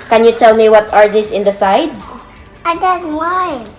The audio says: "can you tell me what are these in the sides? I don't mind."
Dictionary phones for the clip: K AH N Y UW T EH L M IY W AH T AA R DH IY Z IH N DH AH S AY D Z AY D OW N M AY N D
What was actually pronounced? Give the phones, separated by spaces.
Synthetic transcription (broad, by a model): K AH N Y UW T EH L M IY W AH T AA R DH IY S IH N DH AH S AY D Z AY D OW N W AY